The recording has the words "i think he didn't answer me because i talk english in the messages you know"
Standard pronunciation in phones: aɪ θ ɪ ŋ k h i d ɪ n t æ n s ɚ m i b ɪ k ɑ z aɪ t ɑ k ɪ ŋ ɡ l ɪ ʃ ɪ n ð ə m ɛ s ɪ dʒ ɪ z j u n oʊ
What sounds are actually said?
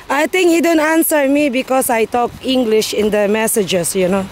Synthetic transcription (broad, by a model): aɪ t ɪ ŋ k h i d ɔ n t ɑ n s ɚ m i b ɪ k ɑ s aɪ t ɑ k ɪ ŋ ɡ l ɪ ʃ ɪ n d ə m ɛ s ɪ dʒ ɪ s j u n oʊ